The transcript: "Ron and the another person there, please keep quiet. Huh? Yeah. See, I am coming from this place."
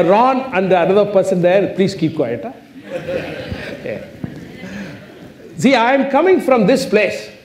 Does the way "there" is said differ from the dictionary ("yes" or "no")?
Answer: yes